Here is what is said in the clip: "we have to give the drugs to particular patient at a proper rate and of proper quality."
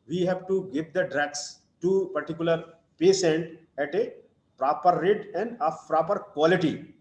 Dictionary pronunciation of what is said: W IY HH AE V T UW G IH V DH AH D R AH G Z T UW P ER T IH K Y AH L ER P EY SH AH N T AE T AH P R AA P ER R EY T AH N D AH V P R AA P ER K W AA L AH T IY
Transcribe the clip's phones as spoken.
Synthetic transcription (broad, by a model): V IY HH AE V T UW G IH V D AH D R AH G S T UW P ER T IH K Y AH L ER P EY S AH N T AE T AH P R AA P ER R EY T AH N D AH F P R AA P ER K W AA L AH T IY